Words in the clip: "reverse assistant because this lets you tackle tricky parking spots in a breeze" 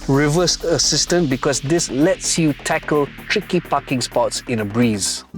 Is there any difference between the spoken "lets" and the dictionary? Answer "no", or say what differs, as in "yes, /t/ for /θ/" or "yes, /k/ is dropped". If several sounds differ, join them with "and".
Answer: no